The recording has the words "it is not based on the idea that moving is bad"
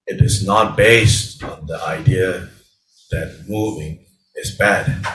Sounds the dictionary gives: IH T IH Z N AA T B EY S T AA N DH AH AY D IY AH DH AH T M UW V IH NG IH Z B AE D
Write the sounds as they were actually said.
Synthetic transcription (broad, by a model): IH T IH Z N AA T B EY S T AA N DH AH AY D IY AH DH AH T M UW V IH NG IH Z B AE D